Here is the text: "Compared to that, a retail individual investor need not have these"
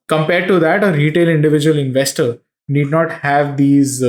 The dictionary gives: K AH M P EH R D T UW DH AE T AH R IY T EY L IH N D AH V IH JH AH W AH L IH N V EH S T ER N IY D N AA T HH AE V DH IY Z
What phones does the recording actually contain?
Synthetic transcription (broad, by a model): K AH M P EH R D T UW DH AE T AH R IY T EY L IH N D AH V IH JH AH AH L IH N V EH S T ER N IY D N AA T HH AE V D IY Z